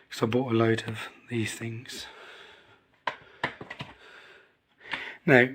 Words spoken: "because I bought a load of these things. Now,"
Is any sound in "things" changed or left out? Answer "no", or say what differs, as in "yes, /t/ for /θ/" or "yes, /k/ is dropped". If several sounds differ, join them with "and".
no